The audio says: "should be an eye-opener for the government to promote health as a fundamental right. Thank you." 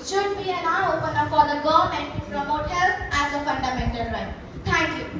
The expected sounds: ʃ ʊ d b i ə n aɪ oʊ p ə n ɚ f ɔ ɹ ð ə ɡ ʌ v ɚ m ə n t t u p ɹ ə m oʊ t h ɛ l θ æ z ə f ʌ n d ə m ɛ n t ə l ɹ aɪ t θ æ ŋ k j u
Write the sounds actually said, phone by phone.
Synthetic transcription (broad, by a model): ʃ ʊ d b i ə n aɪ oʊ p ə n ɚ f ɔ ɹ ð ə ɡ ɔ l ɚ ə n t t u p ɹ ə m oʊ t h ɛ l t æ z ə f ʌ n d ə m ɛ n t ə l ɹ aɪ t t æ ŋ k j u